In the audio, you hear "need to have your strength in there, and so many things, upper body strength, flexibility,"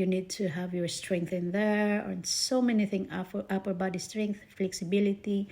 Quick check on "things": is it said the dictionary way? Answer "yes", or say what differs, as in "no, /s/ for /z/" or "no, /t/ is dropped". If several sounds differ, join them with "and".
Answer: no, /z/ is dropped